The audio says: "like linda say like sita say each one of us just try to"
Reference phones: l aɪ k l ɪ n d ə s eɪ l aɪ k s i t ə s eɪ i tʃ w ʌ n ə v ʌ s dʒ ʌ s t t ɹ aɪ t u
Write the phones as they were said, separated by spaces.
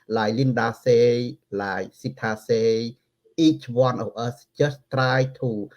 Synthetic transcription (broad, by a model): l aɪ l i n d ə s eɪ l aɪ s i t ə s eɪ i tʃ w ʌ n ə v ʌ s tʃ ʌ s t t ɹ aɪ t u